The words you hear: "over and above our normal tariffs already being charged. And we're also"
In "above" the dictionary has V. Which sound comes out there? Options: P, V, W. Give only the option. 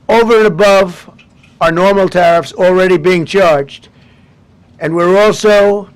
V